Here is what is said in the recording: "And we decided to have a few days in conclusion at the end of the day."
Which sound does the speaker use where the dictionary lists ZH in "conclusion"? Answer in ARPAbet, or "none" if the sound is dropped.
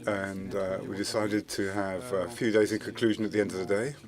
ZH